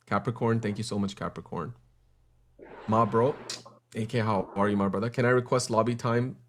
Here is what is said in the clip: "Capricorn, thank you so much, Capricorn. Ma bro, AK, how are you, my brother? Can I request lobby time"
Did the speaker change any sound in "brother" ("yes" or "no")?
no